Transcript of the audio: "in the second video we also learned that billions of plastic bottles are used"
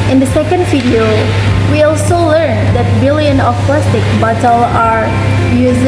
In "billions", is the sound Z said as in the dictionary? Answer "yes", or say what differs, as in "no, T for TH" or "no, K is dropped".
no, Z is dropped